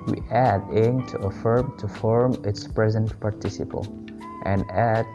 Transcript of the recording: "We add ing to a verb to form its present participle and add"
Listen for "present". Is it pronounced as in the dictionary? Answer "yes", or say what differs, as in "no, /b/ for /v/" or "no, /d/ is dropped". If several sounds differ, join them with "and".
yes